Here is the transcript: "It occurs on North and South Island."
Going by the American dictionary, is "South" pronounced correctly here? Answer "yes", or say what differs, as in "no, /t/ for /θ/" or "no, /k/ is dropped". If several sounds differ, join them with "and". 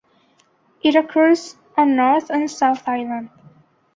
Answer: yes